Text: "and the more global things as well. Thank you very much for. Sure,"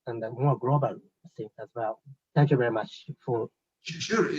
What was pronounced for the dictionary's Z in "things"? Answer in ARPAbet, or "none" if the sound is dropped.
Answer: none